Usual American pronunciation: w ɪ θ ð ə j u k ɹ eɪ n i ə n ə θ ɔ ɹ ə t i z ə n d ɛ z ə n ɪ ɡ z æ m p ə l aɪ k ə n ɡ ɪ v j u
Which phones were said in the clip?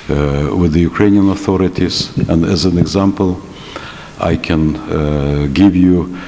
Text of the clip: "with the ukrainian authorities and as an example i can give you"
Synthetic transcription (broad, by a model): w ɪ ð ə j u k ɹ eɪ n i ə n ə θ ɔ ɹ ə t i z ə n d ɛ z ə n ɪ ɡ z æ m p ə l aɪ k ə n ɡ ɪ v j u